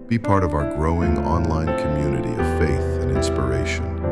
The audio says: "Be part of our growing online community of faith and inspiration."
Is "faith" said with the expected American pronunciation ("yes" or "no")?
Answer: yes